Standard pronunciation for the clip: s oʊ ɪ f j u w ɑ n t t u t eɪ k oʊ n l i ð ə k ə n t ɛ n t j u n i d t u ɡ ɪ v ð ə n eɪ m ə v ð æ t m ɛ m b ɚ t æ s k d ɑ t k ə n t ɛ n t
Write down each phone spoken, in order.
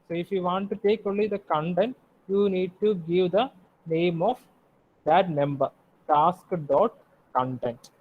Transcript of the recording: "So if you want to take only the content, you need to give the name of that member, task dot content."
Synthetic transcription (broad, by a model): s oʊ ɪ f j u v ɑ n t t u t eɪ k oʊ l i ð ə k ə n t ɛ n t j u n i d t u ɡ ɪ v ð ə n eɪ m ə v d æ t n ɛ m b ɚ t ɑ s k d ɑ t k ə n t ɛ n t